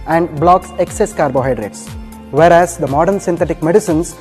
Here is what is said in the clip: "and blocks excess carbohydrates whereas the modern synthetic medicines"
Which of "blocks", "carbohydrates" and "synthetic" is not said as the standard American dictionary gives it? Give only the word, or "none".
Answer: synthetic